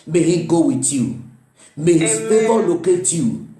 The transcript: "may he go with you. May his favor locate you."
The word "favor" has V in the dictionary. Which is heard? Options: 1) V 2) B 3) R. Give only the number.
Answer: 2